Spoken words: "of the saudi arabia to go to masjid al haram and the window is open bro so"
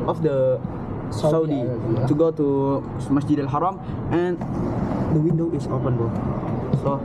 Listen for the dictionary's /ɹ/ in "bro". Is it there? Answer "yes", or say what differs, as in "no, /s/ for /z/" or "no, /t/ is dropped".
no, /ɹ/ is dropped